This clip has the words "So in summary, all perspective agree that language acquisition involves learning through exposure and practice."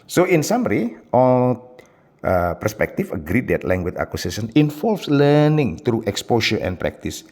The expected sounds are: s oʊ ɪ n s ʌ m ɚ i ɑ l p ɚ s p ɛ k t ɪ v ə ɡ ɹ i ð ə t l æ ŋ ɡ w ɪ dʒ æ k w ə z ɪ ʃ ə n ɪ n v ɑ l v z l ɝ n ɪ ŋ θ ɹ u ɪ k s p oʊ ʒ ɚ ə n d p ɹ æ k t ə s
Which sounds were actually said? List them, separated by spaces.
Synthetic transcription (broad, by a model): s oʊ ɪ n s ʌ m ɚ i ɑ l p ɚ s p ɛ k t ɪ f ə ɡ ɹ i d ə t l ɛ ŋ ɡ w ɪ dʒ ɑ k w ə s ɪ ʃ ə n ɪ n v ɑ l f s l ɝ n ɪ ŋ t ɹ u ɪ k s p oʊ ʃ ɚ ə n p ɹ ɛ k t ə s